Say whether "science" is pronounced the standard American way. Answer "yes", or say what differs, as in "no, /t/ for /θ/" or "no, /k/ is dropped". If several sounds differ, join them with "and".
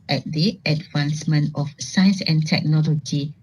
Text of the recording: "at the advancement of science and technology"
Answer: yes